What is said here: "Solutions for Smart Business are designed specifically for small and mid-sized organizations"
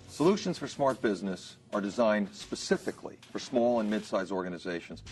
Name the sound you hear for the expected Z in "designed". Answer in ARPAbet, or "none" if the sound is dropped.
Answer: Z